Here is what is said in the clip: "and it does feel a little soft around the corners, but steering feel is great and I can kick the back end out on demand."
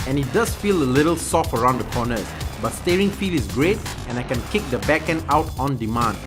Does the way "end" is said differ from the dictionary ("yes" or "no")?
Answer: yes